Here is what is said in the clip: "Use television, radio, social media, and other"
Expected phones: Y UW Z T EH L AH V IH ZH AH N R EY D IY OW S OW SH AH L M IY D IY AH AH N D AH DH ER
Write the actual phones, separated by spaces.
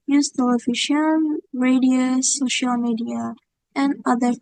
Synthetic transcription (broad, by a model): Y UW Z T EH L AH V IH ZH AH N R EY D IY OW S OW SH AH L M IY D IY AH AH N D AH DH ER